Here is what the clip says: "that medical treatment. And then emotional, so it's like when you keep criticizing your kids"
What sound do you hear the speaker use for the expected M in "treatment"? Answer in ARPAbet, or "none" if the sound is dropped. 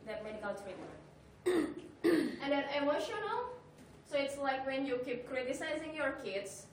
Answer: none